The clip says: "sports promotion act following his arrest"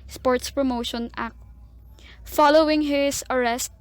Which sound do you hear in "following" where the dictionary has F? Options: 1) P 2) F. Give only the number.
2